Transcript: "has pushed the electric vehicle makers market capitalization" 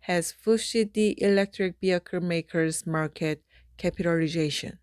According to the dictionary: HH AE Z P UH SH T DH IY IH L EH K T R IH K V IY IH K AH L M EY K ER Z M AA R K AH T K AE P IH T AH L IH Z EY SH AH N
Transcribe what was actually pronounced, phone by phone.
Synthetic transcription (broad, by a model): HH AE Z F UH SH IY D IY IH L EH K T R IH K B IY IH K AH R M EY K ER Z M AA R K AH T K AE P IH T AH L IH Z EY SH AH N